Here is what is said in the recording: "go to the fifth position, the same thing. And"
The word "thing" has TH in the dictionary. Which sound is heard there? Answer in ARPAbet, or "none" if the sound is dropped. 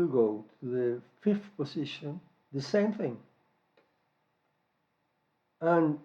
TH